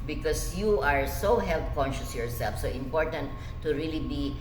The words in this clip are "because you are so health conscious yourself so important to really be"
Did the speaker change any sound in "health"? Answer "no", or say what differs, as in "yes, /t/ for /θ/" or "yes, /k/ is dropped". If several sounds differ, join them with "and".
yes, /t/ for /θ/